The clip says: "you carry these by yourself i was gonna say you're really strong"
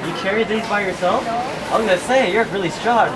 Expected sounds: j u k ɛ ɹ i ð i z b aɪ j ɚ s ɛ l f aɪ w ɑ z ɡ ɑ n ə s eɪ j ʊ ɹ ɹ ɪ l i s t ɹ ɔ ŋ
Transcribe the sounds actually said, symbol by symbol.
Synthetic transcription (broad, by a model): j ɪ k ɛ ɹ i ð i z b aɪ j ɚ s ɛ l f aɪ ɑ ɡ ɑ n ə s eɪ j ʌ ɹ ɹ ɪ l i s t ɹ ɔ